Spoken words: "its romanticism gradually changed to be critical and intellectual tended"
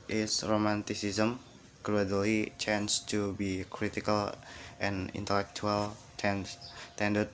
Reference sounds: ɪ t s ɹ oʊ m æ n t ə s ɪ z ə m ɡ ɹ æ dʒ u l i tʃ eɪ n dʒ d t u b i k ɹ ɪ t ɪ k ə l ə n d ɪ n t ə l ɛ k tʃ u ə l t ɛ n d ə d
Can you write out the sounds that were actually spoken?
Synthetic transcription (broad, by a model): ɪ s ɹ oʊ m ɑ n t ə s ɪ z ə m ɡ ɹ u u l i tʃ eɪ n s t u b i k ɹ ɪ t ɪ k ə l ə n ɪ n t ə l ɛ k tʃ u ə l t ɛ n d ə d